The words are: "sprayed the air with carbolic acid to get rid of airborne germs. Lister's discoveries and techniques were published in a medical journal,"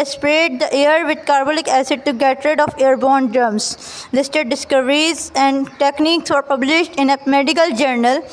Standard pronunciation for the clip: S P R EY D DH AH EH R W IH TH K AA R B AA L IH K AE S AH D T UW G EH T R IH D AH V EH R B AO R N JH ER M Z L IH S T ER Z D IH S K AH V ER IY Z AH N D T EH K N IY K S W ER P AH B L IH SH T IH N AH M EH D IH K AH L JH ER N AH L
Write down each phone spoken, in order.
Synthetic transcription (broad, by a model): S P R EY D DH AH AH R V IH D K AA R B AA L IH K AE S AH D T UW G EH T R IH D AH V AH R B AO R N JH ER M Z L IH S T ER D D IH S K AH V ER IY Z AH N D T EH K N IY K S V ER P AH B L IH SH T IH N AH M EH D IH K AH L JH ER N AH L